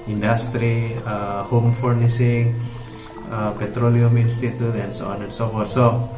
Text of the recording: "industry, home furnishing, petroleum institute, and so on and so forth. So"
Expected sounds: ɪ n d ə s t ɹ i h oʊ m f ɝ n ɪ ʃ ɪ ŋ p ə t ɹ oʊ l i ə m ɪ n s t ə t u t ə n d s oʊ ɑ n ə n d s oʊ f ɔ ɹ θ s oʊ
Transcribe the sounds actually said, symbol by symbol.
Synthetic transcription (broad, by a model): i n d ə s t ɹ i h oʊ m f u n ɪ s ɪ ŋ p ə t ɹ oʊ l i ə m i n s t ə t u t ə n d s oʊ ɑ n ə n s oʊ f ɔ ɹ t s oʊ